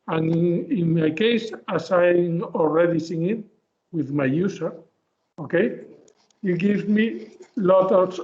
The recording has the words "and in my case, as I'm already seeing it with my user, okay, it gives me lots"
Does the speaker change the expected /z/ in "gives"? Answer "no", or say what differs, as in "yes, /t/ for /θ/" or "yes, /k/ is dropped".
yes, /z/ is dropped